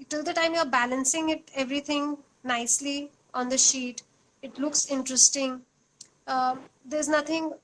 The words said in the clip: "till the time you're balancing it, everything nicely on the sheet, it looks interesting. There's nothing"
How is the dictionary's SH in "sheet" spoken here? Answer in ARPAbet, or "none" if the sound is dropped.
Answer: SH